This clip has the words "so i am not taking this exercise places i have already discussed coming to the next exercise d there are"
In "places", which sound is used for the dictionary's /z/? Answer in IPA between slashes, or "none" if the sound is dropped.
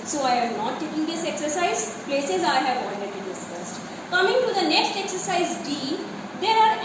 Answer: /z/